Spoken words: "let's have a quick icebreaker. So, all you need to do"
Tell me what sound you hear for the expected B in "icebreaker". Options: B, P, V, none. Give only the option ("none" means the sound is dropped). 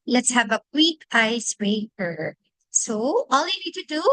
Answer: none